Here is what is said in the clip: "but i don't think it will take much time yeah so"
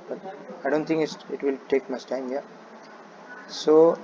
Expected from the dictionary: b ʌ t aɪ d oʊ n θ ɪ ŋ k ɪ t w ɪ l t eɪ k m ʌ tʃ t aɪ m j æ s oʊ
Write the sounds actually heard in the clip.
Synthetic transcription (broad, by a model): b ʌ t aɪ d oʊ n t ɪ ŋ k ɪ t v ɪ l t eɪ k m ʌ s t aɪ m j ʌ s oʊ